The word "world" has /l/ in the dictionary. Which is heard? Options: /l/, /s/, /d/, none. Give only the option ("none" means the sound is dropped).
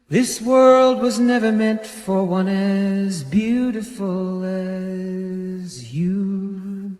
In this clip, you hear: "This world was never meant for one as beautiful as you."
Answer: /l/